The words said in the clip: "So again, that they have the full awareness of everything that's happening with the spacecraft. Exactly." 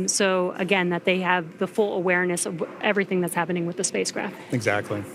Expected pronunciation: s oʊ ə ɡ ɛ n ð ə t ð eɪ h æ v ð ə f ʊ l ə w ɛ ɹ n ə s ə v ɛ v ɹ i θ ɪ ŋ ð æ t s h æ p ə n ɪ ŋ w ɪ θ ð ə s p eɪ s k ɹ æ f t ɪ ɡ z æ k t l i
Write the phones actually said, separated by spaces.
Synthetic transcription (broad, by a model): s oʊ ə ɡ ɛ n ð ə t ð eɪ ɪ v ð ə f ʊ l ə w ɛ ɹ n ə s ə v ɛ v ɹ i θ ɪ ŋ ð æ t s h æ p ə n ɪ ŋ w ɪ ð ə s p eɪ s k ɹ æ f t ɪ ɡ z æ k t l i